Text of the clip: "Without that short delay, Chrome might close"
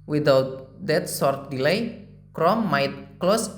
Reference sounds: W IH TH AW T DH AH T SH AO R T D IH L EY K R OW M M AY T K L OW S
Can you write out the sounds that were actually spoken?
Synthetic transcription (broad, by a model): W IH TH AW T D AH T S AO R T D IH L EY K R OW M M AY T K L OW S